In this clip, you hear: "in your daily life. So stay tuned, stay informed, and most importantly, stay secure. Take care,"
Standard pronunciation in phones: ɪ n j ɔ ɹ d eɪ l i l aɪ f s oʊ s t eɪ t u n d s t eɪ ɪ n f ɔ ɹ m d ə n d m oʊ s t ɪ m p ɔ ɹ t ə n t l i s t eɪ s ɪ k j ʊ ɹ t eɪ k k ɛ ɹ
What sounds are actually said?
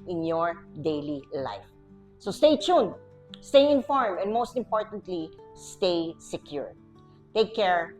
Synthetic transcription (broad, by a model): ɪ n j ɔ ɹ d eɪ l i l aɪ f s oʊ s t eɪ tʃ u n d s t eɪ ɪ n f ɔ ɹ m ə n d m oʊ s t ɪ m p ɔ ɹ t ə n t l i s t eɪ s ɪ k j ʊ ɹ t eɪ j k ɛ ɹ